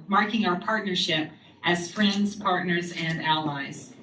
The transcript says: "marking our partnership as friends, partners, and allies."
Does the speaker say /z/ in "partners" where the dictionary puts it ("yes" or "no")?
yes